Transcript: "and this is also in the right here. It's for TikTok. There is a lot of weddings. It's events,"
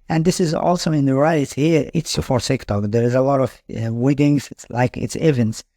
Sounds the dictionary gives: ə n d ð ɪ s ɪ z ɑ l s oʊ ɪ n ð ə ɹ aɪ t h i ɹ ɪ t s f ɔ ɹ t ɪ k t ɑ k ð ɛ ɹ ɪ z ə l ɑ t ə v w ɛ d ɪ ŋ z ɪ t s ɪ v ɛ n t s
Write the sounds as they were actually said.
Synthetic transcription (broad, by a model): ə n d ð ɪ s ɪ z ɑ l s oʊ ɪ n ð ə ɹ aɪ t h i ɹ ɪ t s f ɔ ɹ s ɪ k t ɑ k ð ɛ ɹ ɪ z ə l ɑ t ə v w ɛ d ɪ ŋ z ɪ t s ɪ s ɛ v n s